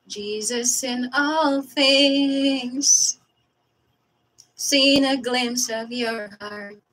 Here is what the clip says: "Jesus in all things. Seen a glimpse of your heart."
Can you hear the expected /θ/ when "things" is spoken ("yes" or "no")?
yes